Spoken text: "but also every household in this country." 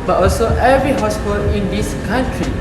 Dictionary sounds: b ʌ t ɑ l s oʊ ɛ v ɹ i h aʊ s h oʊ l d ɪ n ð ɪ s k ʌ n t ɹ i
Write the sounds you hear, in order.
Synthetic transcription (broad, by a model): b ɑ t ɑ l s oʊ ɛ v ɹ i h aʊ s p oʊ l ɪ n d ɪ s k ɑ n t ɹ i